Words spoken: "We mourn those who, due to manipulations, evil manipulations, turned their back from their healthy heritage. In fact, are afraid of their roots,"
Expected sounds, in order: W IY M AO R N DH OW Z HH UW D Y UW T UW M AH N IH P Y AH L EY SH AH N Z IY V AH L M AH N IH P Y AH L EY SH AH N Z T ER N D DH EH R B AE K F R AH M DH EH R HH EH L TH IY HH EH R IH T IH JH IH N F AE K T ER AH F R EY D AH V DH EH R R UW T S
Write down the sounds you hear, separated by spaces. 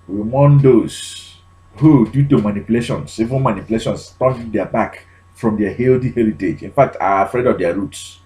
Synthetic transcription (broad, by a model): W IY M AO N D OW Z HH UW D Y UW T UW M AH N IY P Y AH L EY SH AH N S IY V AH N M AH N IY P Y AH L EY SH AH N S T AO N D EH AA B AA K F R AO M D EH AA HH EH L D IY HH EH R IH T IH JH IH N F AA K T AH F R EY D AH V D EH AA R UW T S